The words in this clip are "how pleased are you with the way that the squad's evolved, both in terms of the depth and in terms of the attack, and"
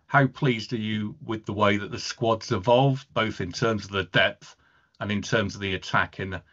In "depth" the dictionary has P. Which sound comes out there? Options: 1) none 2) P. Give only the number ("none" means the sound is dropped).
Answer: 2